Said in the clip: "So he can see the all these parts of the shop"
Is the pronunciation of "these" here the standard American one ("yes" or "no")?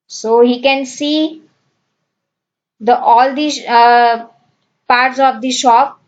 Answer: no